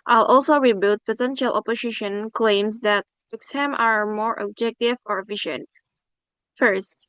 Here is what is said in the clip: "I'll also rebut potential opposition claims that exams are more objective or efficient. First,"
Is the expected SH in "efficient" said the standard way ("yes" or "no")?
yes